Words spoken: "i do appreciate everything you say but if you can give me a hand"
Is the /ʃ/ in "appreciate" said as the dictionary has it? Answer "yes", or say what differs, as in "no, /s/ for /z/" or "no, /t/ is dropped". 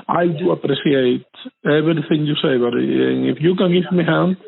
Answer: no, /s/ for /ʃ/